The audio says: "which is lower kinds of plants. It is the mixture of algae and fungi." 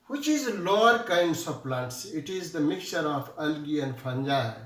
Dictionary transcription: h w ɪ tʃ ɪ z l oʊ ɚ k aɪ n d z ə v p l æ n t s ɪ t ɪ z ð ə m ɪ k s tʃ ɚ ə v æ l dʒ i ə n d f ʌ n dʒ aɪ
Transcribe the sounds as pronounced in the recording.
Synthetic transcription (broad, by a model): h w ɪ tʃ ɪ z l oʊ ɚ k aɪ n d s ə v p l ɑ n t s ɪ t ɪ z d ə m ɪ k tʃ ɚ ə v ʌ l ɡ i ə n d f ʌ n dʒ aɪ